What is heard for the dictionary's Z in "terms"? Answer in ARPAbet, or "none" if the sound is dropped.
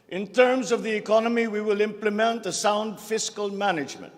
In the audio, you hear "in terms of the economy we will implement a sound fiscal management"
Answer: Z